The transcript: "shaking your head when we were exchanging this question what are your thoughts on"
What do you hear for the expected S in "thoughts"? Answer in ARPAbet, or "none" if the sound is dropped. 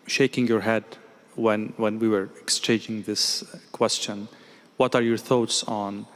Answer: S